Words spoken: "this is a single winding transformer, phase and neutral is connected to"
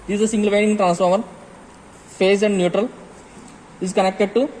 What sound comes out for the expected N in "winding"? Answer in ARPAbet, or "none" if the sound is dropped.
none